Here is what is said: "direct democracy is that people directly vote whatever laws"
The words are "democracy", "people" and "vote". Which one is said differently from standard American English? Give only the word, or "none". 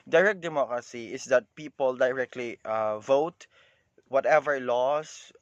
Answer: none